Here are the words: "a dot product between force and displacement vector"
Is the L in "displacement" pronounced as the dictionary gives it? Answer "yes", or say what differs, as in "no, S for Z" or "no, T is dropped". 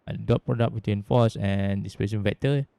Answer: no, L is dropped